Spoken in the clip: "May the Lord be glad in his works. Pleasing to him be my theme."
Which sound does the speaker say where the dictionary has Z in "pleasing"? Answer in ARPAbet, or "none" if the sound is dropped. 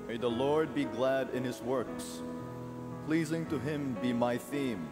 Z